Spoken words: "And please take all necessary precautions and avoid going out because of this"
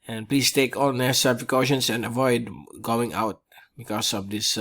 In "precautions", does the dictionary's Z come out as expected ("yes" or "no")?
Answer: no